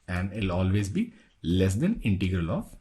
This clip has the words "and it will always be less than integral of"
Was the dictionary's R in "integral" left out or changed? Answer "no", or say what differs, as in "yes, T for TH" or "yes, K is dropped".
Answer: no